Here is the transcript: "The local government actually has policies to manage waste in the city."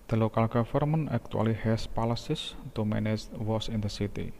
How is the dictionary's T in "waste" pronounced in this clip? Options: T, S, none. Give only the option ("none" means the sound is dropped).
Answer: none